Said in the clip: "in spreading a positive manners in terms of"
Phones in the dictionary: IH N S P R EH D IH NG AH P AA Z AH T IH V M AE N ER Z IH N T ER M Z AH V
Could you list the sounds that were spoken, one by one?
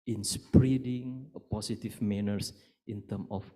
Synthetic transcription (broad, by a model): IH N S P R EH D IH NG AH P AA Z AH T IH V M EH N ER S IH N T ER M AH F